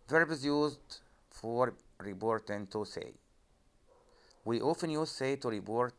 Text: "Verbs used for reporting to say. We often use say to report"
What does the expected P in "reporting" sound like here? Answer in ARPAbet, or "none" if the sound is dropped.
B